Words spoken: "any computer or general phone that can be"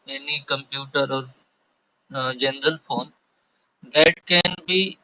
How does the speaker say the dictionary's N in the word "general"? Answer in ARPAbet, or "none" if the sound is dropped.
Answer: N